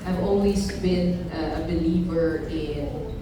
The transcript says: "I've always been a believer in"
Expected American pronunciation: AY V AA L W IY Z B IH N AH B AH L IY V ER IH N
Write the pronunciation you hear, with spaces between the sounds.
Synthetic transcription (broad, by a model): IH V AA N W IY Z B IH N AH B AH L IY V ER IH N